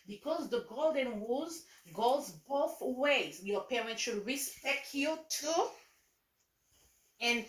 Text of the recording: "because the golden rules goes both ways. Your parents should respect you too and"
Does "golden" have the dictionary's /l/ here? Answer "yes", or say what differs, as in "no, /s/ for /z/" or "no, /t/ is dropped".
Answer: yes